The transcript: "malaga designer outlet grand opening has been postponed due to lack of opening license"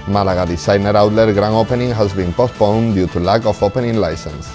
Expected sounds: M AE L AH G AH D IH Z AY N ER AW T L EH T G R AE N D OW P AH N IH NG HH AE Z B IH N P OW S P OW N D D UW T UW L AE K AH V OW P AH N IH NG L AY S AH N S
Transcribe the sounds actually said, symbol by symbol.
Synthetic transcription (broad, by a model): M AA L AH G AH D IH S AY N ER AW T L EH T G R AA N OW P AH N IH NG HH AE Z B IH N P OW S P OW N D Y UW T UW L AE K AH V OW P AH N IH NG L AY S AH N S